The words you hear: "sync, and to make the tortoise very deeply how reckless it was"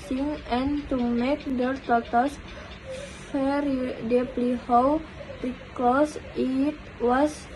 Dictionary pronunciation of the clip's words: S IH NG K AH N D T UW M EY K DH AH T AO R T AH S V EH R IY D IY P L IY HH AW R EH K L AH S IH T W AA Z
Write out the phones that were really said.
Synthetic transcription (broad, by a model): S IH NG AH N T UW M EY K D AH T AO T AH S F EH R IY D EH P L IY HH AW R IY K AH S IH T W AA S